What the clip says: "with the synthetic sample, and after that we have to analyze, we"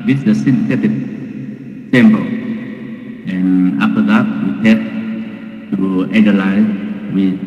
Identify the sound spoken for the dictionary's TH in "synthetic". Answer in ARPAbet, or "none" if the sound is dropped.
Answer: S